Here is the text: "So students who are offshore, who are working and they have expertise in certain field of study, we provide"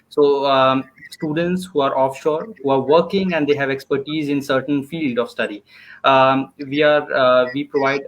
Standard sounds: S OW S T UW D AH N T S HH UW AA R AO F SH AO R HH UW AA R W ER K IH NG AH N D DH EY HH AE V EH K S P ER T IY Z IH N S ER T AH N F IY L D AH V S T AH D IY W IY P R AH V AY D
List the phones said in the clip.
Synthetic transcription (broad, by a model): S OW S T UW D AH N T S HH UW AA R AO F SH AO R HH UW AA R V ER K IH NG AH N D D EY HH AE V EH K S P ER T IY Z IH N S ER T AH N F IY L D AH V S T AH D IY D IY P R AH V AY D